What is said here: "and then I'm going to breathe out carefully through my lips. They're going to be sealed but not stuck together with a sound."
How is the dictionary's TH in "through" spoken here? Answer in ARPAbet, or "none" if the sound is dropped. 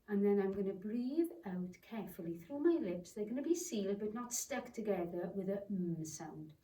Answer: TH